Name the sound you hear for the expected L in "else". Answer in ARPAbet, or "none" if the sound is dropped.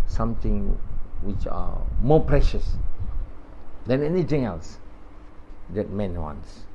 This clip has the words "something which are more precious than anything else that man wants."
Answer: L